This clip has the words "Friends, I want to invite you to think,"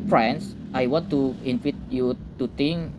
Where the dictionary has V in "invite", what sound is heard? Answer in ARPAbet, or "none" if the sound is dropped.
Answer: F